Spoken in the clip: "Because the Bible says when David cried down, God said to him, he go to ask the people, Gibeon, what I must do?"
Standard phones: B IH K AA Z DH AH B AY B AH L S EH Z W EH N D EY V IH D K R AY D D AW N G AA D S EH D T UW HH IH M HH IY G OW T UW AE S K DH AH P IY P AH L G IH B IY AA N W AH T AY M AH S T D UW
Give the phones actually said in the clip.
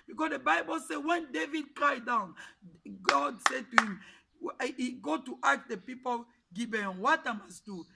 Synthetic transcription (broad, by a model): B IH K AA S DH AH B AY B AH L S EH W EH N D EY V IH D K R AY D D AW N G AA D S EH D T UW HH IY M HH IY G OW T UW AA K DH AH P IY P AH L G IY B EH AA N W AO T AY M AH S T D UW